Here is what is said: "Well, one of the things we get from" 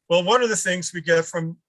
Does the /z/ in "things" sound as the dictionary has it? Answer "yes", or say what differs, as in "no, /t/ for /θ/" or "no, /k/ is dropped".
yes